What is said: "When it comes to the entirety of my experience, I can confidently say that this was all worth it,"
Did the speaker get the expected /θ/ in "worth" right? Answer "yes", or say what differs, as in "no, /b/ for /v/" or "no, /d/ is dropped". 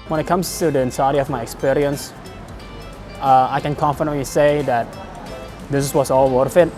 no, /f/ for /θ/